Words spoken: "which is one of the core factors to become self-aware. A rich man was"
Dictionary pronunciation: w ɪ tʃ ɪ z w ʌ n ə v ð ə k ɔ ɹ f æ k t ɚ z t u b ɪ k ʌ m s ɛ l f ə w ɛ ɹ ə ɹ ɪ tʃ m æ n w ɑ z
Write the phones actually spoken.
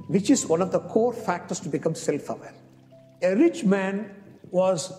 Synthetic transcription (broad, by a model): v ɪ tʃ ɪ z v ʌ n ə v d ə k ɔ ɹ f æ k t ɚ s t u b ɪ k ʌ m s ɛ l f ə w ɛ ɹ ə ɹ ɪ tʃ m æ n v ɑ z